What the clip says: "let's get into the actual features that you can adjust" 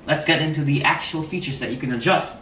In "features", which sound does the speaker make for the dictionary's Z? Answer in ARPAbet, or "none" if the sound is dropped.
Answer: Z